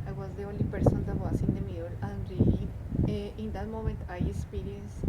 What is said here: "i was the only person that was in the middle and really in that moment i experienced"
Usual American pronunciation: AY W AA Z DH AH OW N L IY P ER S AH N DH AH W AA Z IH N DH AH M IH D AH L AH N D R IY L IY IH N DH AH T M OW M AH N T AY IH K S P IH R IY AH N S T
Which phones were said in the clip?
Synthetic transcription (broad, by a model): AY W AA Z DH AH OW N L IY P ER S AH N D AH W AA S IH N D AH M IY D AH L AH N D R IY IY IH N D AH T M OW M AH N T AY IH K S P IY R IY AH N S